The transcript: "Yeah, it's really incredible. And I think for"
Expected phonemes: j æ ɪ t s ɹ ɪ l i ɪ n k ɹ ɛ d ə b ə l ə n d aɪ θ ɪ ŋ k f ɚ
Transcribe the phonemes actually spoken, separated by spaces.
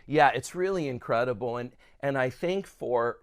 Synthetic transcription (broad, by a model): j æ ɪ t s ɹ ɪ l i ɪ n k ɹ ɛ d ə b l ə n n aɪ θ ɪ ŋ k f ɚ